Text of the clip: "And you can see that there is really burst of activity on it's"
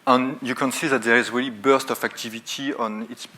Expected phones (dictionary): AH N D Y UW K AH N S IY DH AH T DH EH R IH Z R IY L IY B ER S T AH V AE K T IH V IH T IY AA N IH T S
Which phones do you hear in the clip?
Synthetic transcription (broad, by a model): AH N Y UW K AH N S IY DH AH T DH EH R IH Z R IY L IY B ER S T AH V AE K T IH V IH T IY AA N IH T S